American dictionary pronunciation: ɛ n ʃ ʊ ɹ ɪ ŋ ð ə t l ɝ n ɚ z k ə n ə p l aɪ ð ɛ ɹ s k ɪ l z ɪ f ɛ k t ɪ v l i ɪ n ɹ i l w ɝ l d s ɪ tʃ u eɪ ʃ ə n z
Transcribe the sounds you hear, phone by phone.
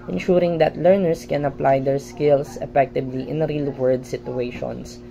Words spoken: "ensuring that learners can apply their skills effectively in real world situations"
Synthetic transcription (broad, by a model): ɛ n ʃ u ɹ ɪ ŋ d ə t l ɝ n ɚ s k ə n ə p l aɪ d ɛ ɹ s k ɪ l s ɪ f ɛ k t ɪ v l i ɪ n ɹ i l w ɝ d s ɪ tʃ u eɪ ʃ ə n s